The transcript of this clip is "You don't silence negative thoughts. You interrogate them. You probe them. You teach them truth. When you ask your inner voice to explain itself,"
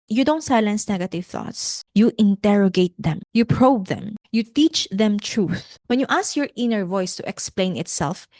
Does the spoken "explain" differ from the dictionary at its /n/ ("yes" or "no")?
no